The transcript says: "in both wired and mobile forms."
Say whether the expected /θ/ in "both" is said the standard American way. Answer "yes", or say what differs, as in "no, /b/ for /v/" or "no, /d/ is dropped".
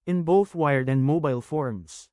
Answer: yes